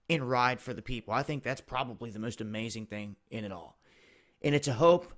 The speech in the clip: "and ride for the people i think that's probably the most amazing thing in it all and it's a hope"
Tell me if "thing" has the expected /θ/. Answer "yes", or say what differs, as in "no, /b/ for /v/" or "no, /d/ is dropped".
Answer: yes